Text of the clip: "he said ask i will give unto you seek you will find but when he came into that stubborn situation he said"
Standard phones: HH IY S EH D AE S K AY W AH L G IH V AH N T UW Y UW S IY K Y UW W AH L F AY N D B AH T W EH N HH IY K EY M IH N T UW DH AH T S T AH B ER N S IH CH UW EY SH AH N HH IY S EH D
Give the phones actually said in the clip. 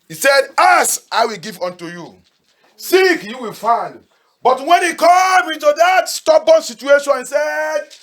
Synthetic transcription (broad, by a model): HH IY S EH D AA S AY W AH L G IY V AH N T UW Y UW S IY K Y UW W AH L F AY N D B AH T W EH N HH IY K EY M IH N T UW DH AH T S T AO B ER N S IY CH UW EY SH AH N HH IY S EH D